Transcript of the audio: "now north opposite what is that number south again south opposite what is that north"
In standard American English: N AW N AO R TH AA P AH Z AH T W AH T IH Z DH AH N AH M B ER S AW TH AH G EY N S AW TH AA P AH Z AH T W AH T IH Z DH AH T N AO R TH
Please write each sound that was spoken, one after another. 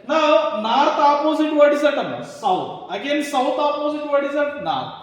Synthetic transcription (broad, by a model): N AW N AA R T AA P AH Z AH T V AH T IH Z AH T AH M ER S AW T AH G EY N S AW T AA P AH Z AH T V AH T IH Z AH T N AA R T